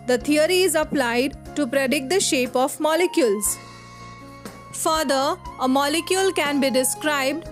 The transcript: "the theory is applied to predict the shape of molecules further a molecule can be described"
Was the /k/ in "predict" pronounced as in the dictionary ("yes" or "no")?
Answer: yes